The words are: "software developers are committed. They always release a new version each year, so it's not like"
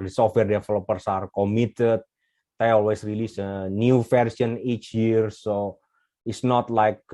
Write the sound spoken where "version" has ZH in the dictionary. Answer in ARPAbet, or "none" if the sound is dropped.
S